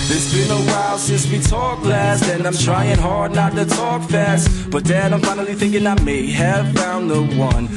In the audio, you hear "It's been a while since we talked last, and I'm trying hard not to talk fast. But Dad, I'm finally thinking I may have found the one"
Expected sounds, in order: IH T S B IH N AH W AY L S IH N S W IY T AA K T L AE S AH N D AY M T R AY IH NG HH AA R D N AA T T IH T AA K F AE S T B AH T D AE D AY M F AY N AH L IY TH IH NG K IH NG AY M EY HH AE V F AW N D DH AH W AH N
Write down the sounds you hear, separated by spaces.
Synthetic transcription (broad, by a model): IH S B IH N AH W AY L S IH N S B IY T AA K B L AE S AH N AY M T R AY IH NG HH AA R D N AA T T IH T AA K F AE S T B AH T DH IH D AY M F AY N L IY TH IH NG K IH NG AY M EY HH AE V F AW N DH AH W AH N